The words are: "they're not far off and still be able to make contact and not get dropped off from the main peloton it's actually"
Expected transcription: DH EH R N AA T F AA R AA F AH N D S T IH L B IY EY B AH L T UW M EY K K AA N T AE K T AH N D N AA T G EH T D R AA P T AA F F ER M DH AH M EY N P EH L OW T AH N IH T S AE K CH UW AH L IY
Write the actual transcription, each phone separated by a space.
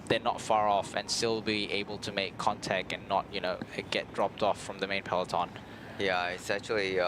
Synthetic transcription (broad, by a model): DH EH N AA T F AA R AA F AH N S T IH L B IY EY B AH L T UW M EY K K AA N T AE K T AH N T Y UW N G EH T D R AA P T AA F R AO M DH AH M EY N P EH L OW T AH N IH T S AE K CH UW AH L IY